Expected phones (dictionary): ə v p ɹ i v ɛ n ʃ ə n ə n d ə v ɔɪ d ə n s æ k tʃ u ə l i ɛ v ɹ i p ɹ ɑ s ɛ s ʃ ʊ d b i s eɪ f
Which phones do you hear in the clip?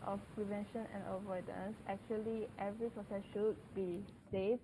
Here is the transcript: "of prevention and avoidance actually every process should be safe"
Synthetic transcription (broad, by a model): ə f p ɹ i v ɛ n ʃ ə n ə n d ə v ɔɪ d ə n s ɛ k tʃ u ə l i ɛ v ɹ i p ɹ ɑ s ɛ s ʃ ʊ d b i s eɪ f